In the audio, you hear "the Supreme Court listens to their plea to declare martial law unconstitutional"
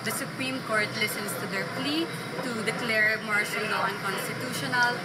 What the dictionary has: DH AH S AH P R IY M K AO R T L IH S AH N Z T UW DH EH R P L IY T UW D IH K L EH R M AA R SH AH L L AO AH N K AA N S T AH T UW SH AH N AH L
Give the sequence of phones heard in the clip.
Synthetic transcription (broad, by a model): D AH S AH P R IY M K AO R T L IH S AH N S T UW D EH R P L IY T UW D IH K L EH R M AA R SH AH L N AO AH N K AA N S T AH T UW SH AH N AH L